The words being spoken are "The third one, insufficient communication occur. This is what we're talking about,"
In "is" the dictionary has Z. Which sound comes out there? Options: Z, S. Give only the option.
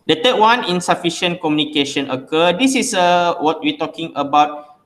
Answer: S